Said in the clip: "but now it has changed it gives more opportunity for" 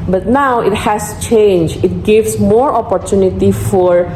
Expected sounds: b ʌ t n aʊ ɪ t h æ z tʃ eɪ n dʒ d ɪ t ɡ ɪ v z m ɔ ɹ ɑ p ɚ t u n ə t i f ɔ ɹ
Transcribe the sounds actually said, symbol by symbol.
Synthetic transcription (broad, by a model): b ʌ t n aʊ ɪ t h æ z tʃ eɪ n dʒ ɪ t ɡ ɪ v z m ɔ ɹ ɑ p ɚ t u n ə t i f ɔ ɹ